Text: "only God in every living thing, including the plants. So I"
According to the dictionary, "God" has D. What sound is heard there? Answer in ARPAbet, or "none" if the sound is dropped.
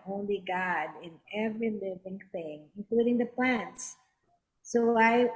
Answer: D